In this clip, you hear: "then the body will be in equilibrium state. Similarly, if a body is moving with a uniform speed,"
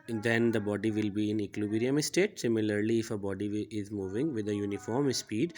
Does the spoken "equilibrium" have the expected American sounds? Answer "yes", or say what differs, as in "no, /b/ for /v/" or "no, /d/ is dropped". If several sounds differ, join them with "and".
no, /b/ is dropped